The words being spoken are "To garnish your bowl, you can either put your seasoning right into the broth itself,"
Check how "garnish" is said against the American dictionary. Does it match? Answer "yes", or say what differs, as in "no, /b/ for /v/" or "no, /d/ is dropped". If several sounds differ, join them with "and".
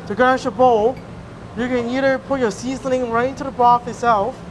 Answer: no, /n/ is dropped